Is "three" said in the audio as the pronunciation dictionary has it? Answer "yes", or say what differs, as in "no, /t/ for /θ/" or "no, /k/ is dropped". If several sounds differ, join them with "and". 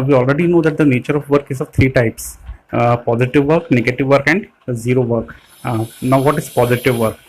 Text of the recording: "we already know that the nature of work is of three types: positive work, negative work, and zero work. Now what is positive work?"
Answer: no, /t/ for /θ/